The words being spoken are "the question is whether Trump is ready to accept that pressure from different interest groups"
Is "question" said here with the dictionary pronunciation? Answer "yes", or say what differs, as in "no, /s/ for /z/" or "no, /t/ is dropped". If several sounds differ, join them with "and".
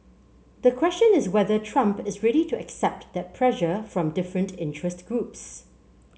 yes